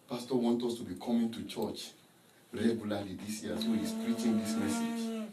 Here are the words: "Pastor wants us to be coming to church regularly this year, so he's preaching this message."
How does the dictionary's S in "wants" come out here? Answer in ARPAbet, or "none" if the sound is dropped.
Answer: none